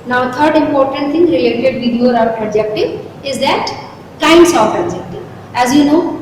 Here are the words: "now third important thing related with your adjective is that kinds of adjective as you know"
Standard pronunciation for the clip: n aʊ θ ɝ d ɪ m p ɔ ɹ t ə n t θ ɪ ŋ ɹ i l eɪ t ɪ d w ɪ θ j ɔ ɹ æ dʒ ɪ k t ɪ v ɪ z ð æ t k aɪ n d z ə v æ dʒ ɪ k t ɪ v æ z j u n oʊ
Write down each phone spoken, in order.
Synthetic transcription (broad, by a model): n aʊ t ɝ d ɪ m p ɔ ɹ t ə n t t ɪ ŋ ɹ i l eɪ t ɪ d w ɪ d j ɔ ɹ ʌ dʒ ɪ k t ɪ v ɪ z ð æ t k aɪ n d s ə p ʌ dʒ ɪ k t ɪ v æ z j u n oʊ